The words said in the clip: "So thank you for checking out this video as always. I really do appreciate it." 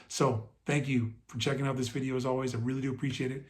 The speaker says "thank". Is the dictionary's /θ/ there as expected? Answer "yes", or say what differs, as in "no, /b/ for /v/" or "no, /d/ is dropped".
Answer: yes